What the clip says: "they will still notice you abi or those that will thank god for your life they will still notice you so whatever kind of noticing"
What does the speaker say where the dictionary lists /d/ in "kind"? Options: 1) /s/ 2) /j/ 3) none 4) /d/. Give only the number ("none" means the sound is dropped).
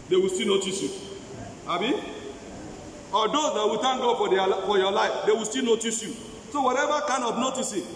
3